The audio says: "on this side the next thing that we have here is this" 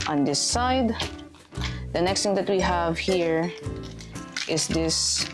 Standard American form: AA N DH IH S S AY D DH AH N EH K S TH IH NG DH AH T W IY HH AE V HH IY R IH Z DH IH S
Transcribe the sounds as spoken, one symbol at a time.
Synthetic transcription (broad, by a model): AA N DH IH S S AY D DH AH N EH K S T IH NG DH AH T W IY HH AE V HH IY R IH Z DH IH S